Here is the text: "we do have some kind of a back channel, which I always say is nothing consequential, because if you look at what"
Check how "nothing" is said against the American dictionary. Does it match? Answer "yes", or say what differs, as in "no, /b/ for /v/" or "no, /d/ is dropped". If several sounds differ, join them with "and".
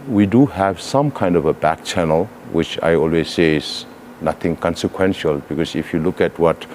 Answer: no, /t/ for /θ/